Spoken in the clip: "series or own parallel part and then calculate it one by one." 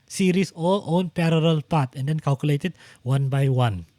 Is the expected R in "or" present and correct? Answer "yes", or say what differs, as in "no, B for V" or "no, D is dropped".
no, L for R